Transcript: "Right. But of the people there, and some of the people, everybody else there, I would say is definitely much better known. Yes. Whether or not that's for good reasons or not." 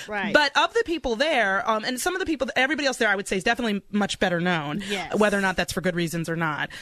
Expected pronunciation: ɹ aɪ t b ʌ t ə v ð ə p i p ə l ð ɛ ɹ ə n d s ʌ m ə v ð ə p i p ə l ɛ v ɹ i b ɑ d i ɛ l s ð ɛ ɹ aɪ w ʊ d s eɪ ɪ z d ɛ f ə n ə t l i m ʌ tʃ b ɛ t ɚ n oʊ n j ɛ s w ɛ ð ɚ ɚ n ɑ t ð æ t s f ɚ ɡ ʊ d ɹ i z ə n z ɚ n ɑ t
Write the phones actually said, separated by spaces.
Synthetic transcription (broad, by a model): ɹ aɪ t b ʌ t ə v ð ə p i p l ð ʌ ɹ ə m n s ʌ m ə v ð ə p i p l ɛ v ɹ i b ɑ d i ɛ l s ð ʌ ɹ aɪ w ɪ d s eɪ ɪ z d ɛ f ə n ə t l i m ʌ tʃ b ɛ t ɚ n oʊ n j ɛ w ɛ ð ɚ ɚ n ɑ t ð æ t s f ɚ ɡ ʊ d ɹ i z ə n z ɚ n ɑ t